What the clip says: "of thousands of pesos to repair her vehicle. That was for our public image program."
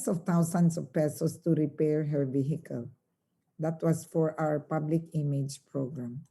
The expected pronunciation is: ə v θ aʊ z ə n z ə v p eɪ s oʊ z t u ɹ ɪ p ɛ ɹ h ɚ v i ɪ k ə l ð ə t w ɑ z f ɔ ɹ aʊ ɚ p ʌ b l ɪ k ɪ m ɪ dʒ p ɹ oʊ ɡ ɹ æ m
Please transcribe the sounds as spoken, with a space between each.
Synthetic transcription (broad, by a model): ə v t aʊ s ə n s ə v p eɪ s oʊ s t u ɹ ɪ p ɛ ɹ h ɚ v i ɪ k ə l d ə t w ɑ s f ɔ ɹ aʊ ɚ p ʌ b l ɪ k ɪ m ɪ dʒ p ɹ oʊ ɡ ɹ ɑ m